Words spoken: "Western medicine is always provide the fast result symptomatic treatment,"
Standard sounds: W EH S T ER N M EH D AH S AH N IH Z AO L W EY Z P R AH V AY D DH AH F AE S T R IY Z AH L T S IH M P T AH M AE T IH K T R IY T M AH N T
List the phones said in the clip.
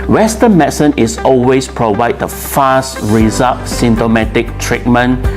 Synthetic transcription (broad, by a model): W EH S T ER N M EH S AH N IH S AO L W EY S P R AH V AY D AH F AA S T R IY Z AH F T S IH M T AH M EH T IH K T R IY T M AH N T